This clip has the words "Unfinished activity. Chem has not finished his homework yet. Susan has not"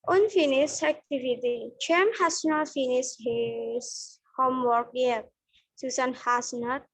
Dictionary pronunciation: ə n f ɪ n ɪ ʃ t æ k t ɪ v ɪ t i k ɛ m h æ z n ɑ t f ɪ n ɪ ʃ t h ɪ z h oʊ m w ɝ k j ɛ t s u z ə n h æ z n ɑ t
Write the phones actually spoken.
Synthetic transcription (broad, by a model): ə n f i n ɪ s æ k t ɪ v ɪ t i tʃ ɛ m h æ s n ɑ t f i n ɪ s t h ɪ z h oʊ m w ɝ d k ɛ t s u s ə n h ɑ s n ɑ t